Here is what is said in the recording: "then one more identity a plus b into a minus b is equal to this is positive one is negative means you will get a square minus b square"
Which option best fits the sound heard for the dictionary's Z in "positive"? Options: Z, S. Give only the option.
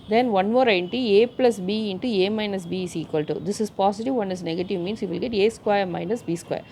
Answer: S